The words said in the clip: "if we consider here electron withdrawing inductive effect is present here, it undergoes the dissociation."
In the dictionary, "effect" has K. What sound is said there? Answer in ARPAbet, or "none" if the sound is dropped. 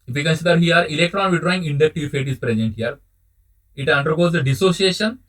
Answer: none